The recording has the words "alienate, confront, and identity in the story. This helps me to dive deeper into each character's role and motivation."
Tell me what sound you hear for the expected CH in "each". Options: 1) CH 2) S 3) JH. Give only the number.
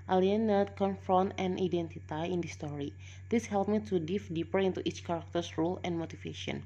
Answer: 1